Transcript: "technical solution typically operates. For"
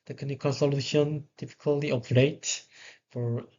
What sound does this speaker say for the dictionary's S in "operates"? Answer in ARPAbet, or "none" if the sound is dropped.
none